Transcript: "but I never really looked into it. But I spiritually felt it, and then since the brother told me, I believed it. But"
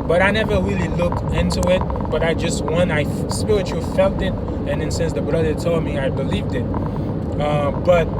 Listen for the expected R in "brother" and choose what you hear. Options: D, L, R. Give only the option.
R